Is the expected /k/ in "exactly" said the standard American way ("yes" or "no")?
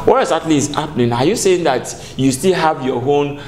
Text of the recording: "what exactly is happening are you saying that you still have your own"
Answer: no